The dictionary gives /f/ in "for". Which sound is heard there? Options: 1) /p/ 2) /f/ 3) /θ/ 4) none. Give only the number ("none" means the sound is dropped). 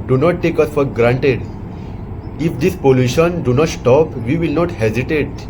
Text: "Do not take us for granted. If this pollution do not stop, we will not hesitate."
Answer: 2